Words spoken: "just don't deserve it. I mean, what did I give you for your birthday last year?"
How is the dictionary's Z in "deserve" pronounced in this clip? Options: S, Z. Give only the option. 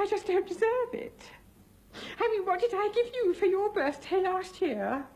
Z